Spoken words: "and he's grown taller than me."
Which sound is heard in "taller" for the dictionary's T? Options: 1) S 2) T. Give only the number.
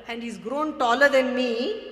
2